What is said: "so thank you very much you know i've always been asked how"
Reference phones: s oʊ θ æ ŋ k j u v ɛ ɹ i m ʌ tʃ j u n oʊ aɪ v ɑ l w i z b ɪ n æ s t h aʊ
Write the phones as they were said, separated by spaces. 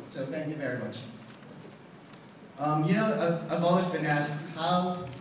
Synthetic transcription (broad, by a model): s oʊ θ æ ŋ k j u v ɛ ɹ i m ʌ tʃ j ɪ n oʊ aɪ v ɑ l w i z b ɪ n æ s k h aʊ